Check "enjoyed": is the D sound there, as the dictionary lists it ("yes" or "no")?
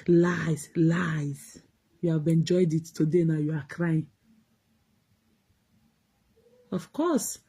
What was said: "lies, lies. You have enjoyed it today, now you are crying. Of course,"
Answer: yes